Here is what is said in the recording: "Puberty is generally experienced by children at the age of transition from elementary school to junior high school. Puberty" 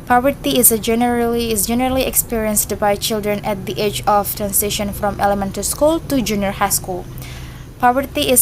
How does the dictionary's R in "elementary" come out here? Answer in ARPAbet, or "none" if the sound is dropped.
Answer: none